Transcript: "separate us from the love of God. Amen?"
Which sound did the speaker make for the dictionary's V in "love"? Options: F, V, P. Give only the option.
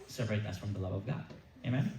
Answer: V